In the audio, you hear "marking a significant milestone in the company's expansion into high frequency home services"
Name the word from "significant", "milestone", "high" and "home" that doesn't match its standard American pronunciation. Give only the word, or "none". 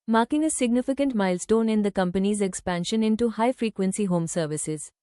none